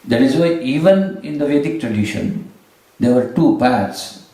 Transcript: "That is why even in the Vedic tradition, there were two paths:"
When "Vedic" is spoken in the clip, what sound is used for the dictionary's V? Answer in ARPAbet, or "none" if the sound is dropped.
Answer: V